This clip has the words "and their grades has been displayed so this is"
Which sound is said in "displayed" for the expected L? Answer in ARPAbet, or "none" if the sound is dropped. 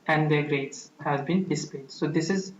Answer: none